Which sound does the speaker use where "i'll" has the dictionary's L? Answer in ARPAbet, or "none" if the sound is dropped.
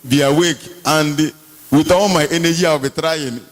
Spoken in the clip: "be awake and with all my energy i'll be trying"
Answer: W